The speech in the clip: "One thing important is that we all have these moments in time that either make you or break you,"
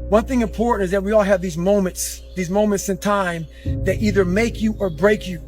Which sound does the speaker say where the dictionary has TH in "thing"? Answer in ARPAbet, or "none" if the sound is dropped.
TH